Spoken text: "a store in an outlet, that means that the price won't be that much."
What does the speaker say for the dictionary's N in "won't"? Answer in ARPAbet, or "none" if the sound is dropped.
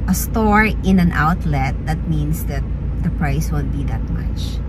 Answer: L